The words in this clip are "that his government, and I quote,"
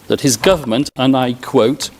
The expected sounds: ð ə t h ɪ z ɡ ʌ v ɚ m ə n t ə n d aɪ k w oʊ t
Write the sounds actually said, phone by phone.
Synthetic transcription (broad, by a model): ð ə t h ɪ z ɡ ʌ v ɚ m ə n t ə n aɪ k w oʊ t